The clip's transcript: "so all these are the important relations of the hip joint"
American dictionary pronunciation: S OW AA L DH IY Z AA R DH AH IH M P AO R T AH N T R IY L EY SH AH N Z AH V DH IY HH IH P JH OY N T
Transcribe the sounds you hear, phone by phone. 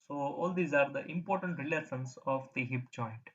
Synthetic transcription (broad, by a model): S OW AA L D IY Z AA R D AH IH M P AO R T AH N T R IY L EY S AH N S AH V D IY HH IH P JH OY N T